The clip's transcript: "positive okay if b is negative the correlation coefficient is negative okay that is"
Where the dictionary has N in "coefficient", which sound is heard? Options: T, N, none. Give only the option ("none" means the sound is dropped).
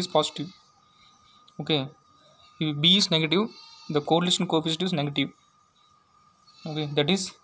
none